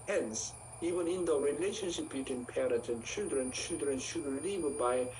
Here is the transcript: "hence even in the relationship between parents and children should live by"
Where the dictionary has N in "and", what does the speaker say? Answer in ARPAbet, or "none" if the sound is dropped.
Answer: L